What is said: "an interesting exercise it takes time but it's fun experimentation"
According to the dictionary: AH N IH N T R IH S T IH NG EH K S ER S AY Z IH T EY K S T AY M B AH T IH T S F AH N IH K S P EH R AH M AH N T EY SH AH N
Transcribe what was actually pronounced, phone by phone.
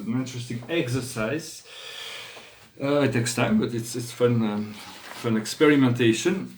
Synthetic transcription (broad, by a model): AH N IH N T R IH S T IH NG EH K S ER S AY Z IH T EY K S T AY M B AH T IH T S F AH N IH K S P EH R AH M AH N T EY SH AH N